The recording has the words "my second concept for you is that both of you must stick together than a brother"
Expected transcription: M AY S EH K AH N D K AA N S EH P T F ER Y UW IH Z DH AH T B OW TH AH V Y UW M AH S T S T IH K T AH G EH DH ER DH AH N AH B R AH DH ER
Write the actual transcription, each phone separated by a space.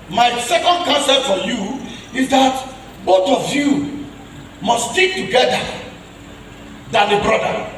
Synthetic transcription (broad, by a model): M AY S EH K AH N D K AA N S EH T F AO Y UW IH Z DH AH T B OW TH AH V Y UW M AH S S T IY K T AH G EH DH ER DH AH N AH B R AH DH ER